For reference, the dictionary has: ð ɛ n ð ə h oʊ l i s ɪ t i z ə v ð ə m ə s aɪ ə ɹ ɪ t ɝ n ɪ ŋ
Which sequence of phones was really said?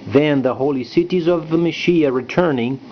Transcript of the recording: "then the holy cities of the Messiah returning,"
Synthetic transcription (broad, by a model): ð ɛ n ð ə h oʊ l i s ɪ t i z ə v ð ə m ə ʃ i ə ɹ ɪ t ɝ n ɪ ŋ